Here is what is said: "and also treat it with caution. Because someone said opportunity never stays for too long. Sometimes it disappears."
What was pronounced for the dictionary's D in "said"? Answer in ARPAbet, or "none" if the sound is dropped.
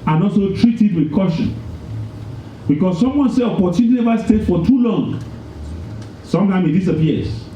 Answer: none